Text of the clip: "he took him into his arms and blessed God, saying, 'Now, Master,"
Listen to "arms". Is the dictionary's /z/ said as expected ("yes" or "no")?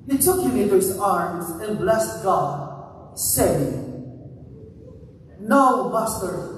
yes